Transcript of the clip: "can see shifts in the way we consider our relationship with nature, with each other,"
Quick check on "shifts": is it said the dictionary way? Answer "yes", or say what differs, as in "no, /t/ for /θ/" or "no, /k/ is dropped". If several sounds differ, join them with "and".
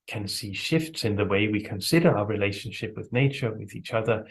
yes